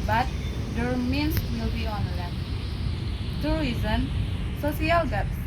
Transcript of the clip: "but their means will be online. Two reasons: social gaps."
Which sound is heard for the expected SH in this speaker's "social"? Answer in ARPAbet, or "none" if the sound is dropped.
S